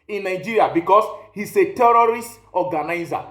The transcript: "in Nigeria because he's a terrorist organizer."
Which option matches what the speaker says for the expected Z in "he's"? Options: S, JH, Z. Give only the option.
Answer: S